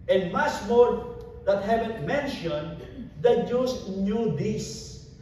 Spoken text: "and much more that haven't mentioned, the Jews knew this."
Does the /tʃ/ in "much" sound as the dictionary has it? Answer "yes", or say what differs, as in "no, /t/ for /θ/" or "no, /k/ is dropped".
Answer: no, /s/ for /tʃ/